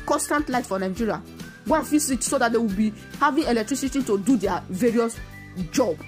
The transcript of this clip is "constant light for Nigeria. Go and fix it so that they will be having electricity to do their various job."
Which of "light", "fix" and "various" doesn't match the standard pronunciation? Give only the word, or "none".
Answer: fix